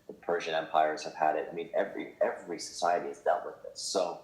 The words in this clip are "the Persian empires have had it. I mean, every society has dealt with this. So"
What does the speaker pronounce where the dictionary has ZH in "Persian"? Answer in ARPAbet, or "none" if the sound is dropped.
ZH